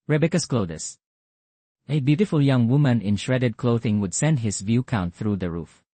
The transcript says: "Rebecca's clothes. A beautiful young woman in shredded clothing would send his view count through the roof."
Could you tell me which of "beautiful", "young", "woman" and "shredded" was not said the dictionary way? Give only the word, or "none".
none